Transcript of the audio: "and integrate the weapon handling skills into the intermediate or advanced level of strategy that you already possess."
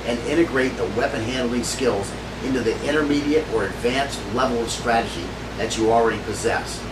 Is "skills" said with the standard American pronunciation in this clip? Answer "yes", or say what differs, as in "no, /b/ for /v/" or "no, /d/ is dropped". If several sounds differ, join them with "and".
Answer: yes